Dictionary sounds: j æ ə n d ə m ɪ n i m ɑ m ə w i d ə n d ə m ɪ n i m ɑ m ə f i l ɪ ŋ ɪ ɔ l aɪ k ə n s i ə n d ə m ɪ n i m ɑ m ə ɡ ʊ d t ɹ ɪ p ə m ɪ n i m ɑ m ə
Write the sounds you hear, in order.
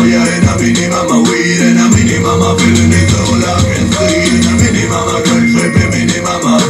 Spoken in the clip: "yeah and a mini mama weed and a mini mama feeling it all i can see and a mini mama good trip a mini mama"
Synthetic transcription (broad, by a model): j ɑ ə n ə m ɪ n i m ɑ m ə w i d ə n ə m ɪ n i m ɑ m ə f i n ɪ ɪ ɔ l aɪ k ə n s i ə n ə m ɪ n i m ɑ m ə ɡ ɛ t ɛ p ə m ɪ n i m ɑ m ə